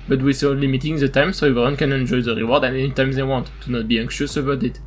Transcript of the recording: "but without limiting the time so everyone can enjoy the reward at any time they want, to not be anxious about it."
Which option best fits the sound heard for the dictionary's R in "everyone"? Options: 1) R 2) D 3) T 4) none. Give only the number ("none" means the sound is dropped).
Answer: 4